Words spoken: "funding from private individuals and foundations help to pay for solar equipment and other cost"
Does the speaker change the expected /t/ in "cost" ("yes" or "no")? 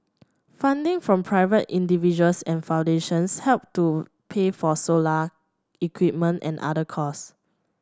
yes